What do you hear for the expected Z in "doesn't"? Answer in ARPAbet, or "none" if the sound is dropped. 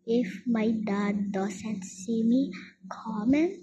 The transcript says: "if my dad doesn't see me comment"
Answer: S